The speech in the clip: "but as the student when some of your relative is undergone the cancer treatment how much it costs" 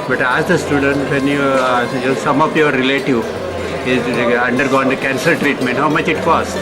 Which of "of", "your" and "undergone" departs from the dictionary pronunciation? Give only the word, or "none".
of